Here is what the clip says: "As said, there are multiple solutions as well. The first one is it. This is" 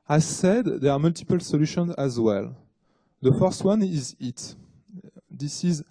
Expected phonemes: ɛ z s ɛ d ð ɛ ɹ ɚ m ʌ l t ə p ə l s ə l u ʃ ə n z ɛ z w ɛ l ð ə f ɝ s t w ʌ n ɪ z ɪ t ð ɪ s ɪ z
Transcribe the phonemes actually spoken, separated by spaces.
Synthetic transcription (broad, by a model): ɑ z s ɛ d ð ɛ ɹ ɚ m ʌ l t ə p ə l s ə l u ʃ ə n z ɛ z w ɛ l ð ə f ɝ s t w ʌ n ɪ z ɪ t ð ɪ s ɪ z